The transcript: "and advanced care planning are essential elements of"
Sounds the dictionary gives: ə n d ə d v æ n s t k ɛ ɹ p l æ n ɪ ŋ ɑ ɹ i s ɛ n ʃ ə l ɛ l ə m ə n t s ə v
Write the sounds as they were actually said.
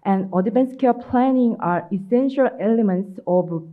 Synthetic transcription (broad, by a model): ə n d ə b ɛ n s k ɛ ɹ p l æ n ɪ ŋ ɑ ɹ i s ɛ n ʃ ə l ɛ l ə m ə n t s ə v